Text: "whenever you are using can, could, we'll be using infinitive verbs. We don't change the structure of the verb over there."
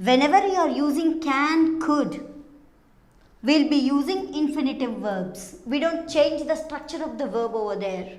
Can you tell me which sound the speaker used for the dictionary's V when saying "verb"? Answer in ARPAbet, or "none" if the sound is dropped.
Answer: V